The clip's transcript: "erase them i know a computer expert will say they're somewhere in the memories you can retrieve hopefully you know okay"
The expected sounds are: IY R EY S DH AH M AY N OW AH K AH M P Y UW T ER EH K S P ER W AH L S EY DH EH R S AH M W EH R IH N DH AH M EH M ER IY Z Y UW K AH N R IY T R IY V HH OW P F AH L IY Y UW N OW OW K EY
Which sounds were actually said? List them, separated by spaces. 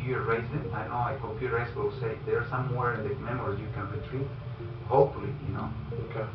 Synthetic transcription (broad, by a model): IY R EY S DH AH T AY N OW AH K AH P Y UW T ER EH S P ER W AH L S EY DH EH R S AH M W EH R IH N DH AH M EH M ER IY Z Y UW K AH N R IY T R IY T HH OW P F AH L IY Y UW N OW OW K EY